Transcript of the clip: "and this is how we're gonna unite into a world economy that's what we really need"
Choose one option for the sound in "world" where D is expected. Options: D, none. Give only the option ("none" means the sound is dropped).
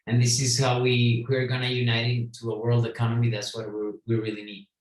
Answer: D